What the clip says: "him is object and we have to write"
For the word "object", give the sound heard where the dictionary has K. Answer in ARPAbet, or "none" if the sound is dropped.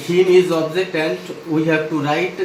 none